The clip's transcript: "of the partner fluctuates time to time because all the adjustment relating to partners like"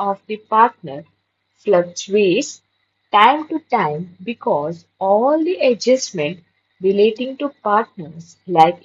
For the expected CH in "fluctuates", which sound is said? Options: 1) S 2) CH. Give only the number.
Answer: 1